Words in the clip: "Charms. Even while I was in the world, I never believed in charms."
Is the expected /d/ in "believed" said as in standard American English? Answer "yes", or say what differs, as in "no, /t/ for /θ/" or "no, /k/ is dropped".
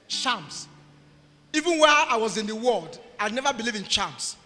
no, /d/ is dropped